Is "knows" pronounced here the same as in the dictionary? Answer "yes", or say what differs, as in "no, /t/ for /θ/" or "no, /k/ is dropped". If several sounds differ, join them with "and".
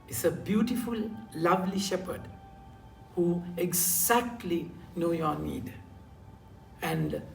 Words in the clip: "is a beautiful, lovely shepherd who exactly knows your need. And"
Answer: no, /z/ is dropped